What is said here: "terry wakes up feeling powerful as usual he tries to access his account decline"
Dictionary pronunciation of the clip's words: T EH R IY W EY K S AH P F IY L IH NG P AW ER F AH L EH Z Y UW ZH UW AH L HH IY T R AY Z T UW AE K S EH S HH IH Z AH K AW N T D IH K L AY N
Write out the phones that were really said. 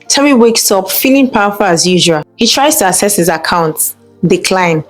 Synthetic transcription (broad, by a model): T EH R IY W EY K S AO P F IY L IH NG P AW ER F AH L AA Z Y UW ZH UW AH L HH IY T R AY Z T UW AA S EH S HH IH Z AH K AW N T D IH K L AY N